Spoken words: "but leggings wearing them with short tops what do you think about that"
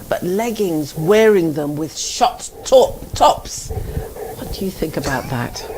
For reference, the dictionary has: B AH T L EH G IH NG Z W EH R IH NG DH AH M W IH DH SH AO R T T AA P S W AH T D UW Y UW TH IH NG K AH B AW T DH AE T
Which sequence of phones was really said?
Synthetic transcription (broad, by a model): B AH T L EH G IH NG Z W EH R IH NG DH AH M W IH DH SH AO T T AA P S W AH T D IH Y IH TH IH NG K AH B AW T DH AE T